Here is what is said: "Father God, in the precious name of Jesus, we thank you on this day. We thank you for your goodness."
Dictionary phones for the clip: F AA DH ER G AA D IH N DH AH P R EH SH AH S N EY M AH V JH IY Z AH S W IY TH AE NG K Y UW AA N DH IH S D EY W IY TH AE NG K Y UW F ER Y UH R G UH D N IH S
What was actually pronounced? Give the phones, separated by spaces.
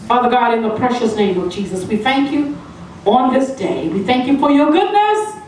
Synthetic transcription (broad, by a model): F AA DH ER G AA D IH N DH AH P R EH SH AH S N EY M AH V JH IY Z AH S W IY TH AE NG K Y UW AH N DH IH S D EY W IY TH AE NG K Y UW F ER Y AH R G UH D N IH S